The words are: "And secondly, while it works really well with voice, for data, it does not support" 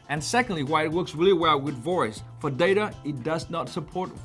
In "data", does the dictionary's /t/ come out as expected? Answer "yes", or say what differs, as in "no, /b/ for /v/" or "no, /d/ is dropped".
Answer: yes